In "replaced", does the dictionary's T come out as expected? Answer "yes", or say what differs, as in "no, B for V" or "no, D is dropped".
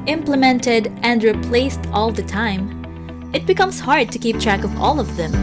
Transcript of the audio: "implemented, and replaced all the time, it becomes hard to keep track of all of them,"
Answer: yes